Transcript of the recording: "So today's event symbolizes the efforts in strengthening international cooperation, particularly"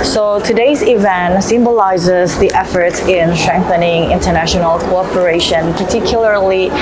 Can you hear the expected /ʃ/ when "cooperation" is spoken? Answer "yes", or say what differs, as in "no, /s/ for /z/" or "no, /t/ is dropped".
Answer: yes